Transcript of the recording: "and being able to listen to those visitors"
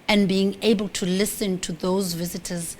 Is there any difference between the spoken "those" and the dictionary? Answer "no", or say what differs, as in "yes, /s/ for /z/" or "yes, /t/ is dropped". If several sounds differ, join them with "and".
no